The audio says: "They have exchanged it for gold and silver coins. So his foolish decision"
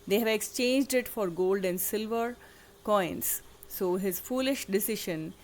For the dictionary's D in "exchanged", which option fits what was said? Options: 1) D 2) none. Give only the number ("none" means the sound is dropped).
1